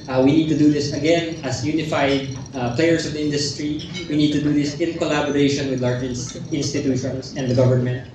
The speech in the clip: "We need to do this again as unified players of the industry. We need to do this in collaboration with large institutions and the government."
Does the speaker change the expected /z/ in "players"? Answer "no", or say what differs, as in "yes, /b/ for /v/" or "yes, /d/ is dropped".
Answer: yes, /s/ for /z/